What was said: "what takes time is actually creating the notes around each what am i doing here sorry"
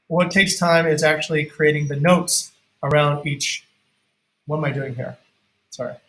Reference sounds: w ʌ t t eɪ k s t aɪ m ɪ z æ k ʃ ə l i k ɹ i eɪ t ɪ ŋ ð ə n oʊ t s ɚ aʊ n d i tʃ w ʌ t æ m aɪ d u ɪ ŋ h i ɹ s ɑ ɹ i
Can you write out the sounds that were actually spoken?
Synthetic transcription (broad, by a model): w ʌ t t eɪ k s t aɪ m ɪ z æ k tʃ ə l i k ɹ i eɪ t ɪ ŋ ð ə n oʊ t s ɚ aʊ n d i tʃ w ʌ t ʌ m aɪ d u ɪ ŋ h i ɹ s ɑ ɹ i